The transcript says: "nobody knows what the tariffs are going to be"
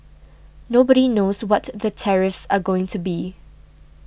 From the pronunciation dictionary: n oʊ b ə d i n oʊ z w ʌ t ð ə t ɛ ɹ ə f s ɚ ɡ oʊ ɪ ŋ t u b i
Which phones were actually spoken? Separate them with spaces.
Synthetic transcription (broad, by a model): n oʊ b ə d i n oʊ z w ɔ t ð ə t ɛ ɹ ə f s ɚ ɡ oʊ ɪ ŋ t u b i